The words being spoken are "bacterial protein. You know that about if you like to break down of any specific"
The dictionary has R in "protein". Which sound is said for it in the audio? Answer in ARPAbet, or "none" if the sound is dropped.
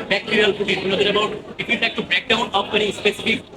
none